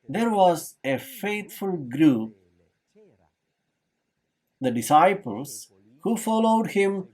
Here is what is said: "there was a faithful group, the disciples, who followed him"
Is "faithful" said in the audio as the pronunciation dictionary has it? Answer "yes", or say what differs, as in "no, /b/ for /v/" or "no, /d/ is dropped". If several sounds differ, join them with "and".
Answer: no, /t/ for /θ/